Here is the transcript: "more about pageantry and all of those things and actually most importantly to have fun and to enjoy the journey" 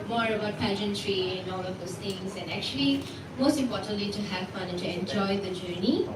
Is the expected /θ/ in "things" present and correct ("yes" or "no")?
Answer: no